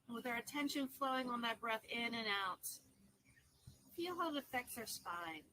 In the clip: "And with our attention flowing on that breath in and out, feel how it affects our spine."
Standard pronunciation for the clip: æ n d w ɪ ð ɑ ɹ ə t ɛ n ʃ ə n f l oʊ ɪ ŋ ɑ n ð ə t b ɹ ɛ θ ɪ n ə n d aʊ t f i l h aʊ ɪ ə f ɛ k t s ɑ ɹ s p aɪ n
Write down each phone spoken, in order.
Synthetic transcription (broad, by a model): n w ɪ ð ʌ ɹ ə t ɛ n ʃ ə n f l oʊ ɪ ŋ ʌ n ð ə t b ɹ ɛ θ ɪ n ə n aʊ t f i l h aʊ ɪ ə f ɛ k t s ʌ ɹ s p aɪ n